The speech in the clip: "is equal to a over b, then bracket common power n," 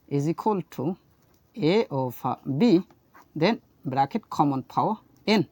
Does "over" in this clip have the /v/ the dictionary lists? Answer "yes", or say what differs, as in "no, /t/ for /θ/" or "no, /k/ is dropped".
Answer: no, /p/ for /v/